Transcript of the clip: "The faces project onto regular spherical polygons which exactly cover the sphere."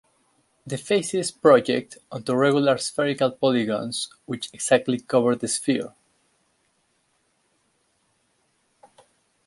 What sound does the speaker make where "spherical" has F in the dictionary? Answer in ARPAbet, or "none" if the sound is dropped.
F